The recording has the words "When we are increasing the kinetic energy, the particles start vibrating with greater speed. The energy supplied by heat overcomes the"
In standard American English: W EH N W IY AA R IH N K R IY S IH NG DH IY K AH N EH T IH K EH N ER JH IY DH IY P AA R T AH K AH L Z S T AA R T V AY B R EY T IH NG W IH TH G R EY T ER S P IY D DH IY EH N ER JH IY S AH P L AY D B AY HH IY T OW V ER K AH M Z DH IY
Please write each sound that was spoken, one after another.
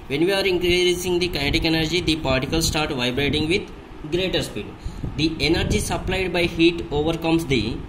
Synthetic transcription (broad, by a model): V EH N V IY AA R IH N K R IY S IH NG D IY K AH IH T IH K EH N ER JH IY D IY P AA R T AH K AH L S S T AA R T V AY B R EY T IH NG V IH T G R EY T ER S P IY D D IY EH N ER JH IY S AH P L AY D B AY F IY T OW V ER K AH M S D IY